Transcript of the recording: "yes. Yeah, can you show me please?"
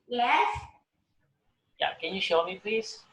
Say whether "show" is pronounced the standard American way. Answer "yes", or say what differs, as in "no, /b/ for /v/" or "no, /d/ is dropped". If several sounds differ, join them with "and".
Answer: yes